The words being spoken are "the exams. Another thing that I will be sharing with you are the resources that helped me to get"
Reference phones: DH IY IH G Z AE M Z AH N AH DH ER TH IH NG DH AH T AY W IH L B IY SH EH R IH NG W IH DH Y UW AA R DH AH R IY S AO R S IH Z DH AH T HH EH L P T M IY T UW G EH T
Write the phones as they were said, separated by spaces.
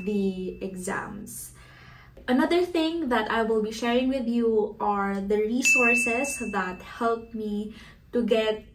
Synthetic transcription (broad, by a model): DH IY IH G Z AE M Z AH N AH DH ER TH IH NG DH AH T AY W IH L B IY SH EH R IH NG W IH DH Y UW AA R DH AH R IY S AO R S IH S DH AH T HH EH L P M IY T UW G EH T